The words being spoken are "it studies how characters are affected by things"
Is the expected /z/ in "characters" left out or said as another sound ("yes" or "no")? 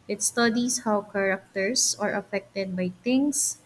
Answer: yes